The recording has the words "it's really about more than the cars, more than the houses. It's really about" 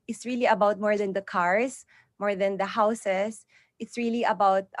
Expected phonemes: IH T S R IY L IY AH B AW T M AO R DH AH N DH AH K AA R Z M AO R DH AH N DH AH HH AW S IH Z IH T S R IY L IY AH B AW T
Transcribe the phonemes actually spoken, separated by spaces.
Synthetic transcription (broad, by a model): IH T S R IY L IY AH B AW T M AO R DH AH N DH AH K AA R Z M AO R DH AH N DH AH HH AW S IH S IH T S R IY L IY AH B AW T